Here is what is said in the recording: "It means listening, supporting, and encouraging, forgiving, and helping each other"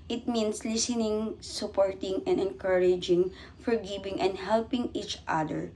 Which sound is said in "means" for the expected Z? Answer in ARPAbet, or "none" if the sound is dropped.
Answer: S